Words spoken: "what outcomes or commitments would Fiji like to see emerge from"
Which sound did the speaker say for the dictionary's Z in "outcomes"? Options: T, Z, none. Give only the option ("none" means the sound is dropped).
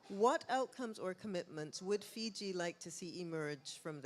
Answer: Z